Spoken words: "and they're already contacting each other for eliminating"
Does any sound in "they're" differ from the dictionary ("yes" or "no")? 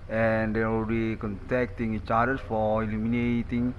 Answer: yes